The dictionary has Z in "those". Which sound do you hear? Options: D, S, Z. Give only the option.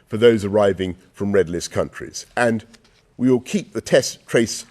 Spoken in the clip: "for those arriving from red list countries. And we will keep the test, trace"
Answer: Z